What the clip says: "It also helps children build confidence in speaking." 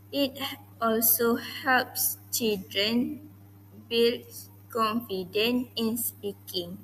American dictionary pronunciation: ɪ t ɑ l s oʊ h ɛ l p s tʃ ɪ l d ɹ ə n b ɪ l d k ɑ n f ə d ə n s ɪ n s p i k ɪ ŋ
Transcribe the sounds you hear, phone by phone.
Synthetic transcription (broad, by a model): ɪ t ɑ l s oʊ h ɛ l p s tʃ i l d ɹ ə n b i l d k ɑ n f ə d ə n ɪ n s p i k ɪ ŋ